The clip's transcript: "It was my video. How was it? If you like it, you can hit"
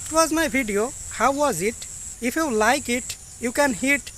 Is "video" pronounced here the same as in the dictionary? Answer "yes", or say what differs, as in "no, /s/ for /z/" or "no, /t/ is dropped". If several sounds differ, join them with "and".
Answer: no, /b/ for /v/